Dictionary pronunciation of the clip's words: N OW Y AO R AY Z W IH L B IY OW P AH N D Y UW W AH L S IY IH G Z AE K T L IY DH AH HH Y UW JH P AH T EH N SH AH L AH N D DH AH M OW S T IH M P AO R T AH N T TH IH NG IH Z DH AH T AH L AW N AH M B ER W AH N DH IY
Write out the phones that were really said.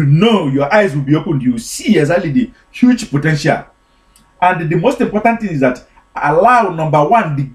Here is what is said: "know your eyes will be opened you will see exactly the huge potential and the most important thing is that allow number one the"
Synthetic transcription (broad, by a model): N OW Y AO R AY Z W IH L B IY OW P AH N D Y UW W S IY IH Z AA T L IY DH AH HH Y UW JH P AH T EH N SH AH L AH N D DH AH M OW S T IH M P AO R T AH N T TH IH NG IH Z DH AH T AH L AW N AH M B ER W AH N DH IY